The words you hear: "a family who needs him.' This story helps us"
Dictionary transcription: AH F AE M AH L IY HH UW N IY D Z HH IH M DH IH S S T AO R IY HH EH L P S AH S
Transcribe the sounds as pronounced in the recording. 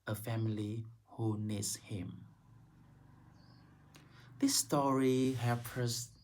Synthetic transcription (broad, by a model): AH F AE M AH L IY HH UW N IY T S HH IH M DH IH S S T AO R IY HH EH P AH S